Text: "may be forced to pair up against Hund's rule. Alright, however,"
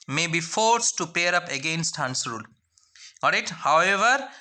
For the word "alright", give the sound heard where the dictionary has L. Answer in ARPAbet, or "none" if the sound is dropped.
none